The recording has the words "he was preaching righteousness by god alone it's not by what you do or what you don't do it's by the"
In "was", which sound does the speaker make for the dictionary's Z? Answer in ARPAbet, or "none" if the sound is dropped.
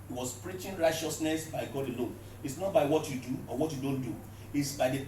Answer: S